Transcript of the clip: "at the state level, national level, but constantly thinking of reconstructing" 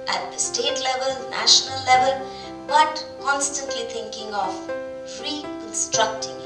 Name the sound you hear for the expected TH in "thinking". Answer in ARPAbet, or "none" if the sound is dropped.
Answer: T